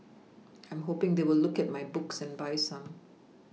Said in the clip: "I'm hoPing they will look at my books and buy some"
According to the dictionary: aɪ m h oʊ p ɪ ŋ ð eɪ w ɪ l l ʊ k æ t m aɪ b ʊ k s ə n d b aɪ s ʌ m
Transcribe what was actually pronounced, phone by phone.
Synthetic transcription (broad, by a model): aɪ m h oʊ p ɪ ŋ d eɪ w ɪ l l ʊ k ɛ t m aɪ b ʊ k s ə n b aɪ s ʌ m